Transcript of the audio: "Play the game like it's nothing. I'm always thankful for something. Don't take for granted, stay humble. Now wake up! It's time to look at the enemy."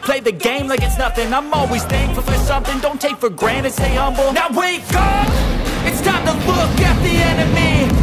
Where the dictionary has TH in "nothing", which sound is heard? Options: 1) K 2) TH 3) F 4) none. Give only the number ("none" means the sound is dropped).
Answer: 2